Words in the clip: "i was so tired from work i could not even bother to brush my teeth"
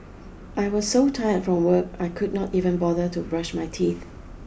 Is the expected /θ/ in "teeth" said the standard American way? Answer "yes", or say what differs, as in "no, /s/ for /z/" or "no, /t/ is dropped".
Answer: yes